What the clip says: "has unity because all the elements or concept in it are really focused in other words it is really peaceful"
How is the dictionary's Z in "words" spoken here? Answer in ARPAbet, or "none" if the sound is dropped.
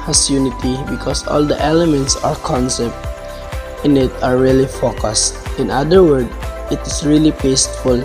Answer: none